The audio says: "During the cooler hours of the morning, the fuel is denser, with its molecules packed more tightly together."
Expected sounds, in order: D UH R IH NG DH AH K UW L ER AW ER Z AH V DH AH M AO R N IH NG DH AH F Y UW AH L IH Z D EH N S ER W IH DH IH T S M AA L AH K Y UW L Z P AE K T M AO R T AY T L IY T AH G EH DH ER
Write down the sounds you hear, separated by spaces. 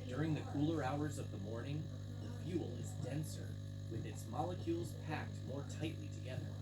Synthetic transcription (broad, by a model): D UH R IH NG DH AH K UW L ER AW ER Z AH V DH AH M AO R N IH NG DH AH F Y UW L IH Z D EH N S ER W IH DH IH T S M AA L AH K Y UW L Z P AE K T M AO R T AY T L IY T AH G EH DH ER